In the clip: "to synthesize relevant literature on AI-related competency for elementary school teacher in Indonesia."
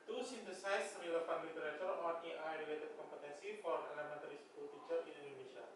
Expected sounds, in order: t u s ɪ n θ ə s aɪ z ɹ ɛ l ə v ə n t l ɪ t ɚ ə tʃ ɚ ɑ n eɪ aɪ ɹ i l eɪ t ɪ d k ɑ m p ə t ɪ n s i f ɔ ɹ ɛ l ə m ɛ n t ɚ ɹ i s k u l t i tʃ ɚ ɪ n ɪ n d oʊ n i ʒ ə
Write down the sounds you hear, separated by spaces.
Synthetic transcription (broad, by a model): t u s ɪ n t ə s aɪ s ɹ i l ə p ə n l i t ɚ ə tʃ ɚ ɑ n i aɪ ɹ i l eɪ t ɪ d k ɑ m p ə t ɪ n s i f ɔ ɹ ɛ l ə m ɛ n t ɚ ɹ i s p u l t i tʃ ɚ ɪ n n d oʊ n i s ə